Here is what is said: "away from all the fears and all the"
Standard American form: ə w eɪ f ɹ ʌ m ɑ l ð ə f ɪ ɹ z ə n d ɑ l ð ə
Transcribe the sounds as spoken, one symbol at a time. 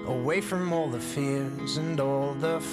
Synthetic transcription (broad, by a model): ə w eɪ f ɹ ʌ m ɑ l ð ə f ɪ ɹ z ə n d ɑ l ð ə